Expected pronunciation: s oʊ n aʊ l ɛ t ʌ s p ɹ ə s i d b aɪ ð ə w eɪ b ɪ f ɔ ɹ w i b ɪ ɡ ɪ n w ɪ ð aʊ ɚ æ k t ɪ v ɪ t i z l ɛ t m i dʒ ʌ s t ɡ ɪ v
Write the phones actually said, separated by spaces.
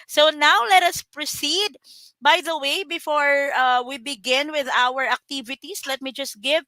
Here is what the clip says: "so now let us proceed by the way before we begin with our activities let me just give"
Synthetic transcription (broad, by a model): s oʊ n aʊ l ɛ t ʌ s p ɹ ə s i d b aɪ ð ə w eɪ b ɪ f ɔ ɹ w i b ɪ ɡ ɪ n w ɪ ð aʊ ɚ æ k t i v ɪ t i s l ɛ t m i dʒ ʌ s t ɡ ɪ v